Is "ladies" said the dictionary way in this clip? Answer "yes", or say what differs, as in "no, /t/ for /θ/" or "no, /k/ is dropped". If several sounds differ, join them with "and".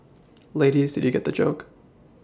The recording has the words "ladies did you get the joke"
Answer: yes